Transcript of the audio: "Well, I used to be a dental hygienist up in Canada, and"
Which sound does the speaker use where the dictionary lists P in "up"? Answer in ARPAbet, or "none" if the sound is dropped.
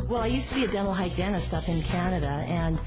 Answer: F